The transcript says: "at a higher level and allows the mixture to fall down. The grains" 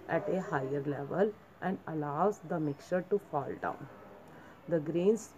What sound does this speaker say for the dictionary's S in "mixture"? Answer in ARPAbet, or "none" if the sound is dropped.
none